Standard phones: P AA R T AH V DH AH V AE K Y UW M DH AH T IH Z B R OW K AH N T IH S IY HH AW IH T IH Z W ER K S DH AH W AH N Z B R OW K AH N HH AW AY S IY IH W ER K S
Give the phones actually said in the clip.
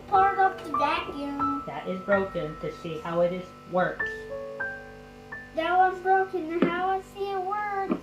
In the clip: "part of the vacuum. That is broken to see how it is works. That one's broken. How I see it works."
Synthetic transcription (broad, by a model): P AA R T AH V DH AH B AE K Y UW DH AH T IH Z B R OW K AH N T IH S IY HH AW IH T IH Z W ER K S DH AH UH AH Z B R OW K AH N HH AW AY S IY IH W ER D